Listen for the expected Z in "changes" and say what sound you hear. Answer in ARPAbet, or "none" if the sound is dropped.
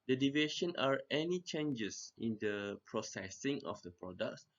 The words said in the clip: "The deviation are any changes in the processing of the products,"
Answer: S